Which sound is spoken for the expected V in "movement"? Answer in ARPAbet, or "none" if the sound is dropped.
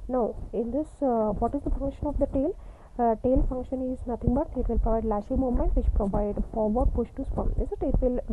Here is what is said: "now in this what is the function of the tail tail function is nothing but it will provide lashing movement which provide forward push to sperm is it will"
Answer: none